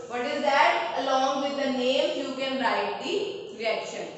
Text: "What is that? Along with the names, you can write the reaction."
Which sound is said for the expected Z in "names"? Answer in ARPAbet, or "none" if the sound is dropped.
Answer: none